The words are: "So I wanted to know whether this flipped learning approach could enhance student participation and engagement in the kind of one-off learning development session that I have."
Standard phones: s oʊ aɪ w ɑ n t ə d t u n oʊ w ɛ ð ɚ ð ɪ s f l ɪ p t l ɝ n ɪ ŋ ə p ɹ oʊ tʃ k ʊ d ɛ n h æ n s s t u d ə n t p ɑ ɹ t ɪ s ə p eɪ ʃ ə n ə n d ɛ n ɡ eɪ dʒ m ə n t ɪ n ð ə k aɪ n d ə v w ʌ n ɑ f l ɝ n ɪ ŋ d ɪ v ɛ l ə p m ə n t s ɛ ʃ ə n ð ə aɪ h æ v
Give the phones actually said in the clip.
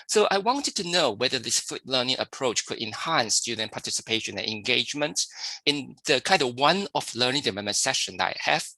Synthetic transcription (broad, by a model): s oʊ aɪ w ɑ n t ə d t u n oʊ w ɛ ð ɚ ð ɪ s f u t l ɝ n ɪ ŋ ə p ɹ oʊ tʃ k ʊ d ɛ n h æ n s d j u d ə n p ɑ t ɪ s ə p eɪ ʃ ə n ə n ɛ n ɡ eɪ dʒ m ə n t ɪ n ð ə k aɪ n d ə w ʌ n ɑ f l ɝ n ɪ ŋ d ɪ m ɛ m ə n s ɛ ʃ ə n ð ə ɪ h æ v